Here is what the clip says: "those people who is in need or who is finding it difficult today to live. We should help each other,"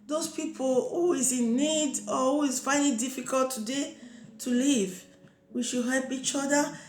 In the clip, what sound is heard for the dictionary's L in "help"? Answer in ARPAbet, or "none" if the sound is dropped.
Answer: L